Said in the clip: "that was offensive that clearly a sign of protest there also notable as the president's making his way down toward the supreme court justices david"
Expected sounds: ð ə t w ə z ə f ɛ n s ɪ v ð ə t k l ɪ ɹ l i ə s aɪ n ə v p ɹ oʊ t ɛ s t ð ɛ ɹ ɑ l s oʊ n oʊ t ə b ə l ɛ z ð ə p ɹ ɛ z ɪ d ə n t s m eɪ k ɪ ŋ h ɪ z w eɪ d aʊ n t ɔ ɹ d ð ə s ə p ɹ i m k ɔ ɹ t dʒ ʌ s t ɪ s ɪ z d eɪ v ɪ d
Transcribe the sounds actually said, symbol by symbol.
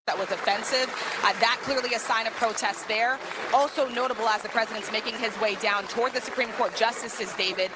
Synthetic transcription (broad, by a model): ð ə t w ə z ə f ɛ n s ɪ v ð ə t k l ɪ ɹ l i ə s aɪ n ə v p ɹ oʊ t ɛ s t ð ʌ ɹ ɑ l s oʊ n oʊ t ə b l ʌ z ð ə p ɹ ɛ z ɪ d ə n t s m eɪ k ɪ ŋ ɪ z w eɪ d aʊ n t ɔ ɹ d ð ə s ə p ɹ i m k ɔ ɹ t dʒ ʌ s t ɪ s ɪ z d eɪ v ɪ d